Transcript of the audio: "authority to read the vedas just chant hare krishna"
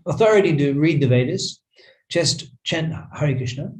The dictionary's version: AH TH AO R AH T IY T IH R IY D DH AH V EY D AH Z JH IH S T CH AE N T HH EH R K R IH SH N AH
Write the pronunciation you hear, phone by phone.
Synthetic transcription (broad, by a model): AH TH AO R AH T IY T IH R IY D DH AH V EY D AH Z CH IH S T CH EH N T HH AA R K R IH SH N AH